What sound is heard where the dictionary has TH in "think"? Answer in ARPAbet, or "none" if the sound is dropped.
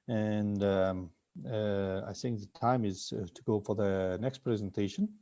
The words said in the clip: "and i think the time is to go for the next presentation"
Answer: TH